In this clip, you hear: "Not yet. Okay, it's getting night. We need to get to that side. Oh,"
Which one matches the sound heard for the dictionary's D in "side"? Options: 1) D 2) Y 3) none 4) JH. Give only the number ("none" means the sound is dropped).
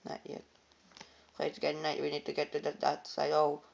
3